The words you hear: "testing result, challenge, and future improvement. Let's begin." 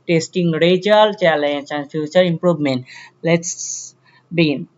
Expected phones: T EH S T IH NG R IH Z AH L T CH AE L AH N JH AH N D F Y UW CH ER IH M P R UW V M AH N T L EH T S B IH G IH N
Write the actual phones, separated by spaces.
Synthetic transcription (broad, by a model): T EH S T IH NG R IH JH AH L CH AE L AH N CH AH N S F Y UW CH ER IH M P R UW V M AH N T L EH T S B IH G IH N